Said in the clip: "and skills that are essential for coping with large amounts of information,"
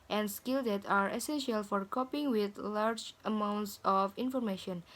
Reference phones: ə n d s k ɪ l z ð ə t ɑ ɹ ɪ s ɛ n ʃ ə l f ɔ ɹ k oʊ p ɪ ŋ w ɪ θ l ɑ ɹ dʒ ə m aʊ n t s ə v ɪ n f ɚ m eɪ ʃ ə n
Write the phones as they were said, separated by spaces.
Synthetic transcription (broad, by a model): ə n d s k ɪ l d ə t ɑ ɹ ɪ s ɛ n ʃ ə l f ɔ ɹ k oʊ p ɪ ŋ w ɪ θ l ɑ ɹ dʒ ə m aʊ n t s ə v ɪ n f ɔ m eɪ ʃ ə n